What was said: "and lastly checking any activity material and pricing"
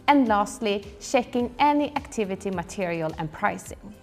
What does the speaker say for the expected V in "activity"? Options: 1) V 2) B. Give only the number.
1